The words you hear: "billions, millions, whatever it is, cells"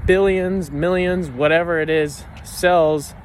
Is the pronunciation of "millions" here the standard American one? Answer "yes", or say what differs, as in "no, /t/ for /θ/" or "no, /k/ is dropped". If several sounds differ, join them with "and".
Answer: yes